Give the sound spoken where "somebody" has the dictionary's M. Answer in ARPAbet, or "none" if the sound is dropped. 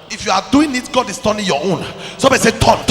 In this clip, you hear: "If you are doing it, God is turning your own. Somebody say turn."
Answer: none